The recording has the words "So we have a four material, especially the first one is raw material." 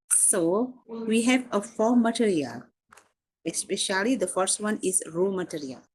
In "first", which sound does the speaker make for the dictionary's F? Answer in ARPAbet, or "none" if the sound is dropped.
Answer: F